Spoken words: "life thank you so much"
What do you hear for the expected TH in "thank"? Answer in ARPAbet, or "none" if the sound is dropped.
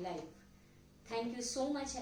T